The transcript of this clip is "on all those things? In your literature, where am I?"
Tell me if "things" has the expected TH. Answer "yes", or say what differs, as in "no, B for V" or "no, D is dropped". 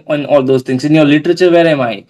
no, T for TH